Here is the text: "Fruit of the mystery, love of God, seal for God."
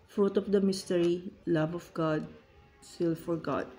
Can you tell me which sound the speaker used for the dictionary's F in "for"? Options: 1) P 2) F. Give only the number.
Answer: 2